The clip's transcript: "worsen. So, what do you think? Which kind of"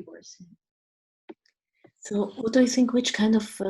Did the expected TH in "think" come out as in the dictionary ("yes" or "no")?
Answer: yes